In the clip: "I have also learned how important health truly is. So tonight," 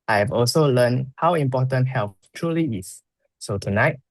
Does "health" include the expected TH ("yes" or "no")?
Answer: no